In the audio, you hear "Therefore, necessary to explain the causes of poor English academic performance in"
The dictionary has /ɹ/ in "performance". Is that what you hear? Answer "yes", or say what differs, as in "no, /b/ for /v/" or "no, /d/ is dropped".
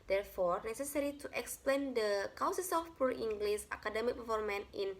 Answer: no, /l/ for /ɹ/